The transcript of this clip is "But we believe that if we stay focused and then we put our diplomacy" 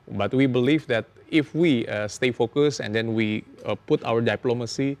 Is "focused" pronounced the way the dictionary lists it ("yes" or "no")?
no